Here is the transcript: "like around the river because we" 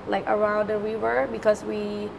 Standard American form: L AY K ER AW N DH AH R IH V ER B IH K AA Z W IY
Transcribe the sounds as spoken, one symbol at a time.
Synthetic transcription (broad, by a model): L AY K ER AW N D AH W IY W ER B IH K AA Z W IY